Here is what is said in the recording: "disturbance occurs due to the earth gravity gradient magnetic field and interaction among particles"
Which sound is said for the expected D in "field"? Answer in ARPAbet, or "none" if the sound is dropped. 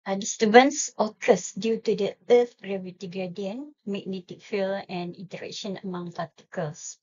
none